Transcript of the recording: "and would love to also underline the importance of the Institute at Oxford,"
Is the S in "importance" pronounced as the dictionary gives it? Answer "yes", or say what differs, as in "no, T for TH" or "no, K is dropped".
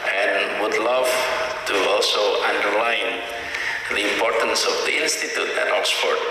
yes